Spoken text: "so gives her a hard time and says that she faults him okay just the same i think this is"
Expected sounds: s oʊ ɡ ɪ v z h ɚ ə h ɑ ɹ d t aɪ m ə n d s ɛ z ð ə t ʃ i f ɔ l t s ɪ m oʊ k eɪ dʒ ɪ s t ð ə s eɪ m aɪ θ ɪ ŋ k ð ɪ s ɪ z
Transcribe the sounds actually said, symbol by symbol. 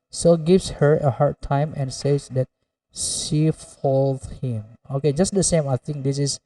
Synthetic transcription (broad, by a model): s oʊ ɡ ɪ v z h ɚ ə h ɑ ɹ d t aɪ m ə n s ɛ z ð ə t ʃ i f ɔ l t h ɪ m oʊ k eɪ dʒ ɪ s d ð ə s eɪ m aɪ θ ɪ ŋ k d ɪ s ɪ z